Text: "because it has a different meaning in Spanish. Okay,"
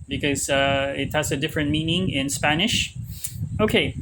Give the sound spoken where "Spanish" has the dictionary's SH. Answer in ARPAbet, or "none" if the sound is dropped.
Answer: SH